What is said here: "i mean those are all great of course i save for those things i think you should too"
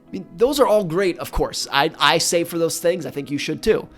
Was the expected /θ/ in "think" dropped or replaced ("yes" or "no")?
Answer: no